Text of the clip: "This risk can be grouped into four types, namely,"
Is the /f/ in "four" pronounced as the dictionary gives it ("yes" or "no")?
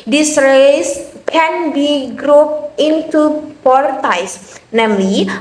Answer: no